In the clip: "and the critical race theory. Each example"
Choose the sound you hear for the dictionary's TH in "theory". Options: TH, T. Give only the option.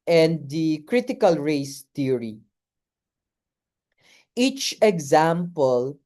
T